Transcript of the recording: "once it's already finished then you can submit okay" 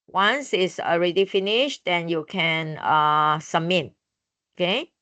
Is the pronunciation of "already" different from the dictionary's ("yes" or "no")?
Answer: no